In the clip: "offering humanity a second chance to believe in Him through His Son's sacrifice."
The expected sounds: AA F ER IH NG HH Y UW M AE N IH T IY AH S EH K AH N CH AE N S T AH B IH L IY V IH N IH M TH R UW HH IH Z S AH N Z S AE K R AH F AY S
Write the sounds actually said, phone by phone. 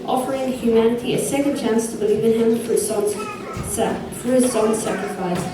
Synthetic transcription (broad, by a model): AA F ER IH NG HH Y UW M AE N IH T IY AH S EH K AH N CH AE N S T AH B IH L IY V IH N IH M F R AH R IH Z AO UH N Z S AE K R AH F AY S